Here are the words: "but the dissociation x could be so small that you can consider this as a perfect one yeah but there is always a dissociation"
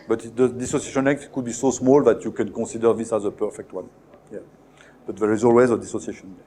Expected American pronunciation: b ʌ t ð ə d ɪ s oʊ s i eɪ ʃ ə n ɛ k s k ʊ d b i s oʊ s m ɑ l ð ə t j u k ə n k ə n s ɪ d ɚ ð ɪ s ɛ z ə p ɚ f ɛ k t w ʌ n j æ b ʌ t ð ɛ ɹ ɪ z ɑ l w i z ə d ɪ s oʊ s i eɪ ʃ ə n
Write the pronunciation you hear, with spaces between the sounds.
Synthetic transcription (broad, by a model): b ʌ t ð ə d ɪ s oʊ s i eɪ ʃ ə n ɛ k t k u d b i s oʊ s m ɑ l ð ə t j u k ə n k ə s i d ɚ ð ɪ s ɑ z ə p ɚ f ɛ k t w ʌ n j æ b ʌ t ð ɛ ɹ ɪ z ɑ l w i z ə d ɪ s oʊ s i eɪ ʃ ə n